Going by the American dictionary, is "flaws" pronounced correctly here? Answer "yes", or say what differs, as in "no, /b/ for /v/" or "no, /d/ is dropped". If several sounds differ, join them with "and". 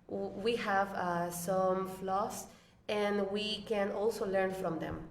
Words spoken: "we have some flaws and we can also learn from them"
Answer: no, /s/ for /z/